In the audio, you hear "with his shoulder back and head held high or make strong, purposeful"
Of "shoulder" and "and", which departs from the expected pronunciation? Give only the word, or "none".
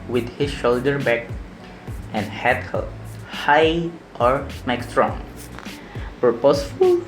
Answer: none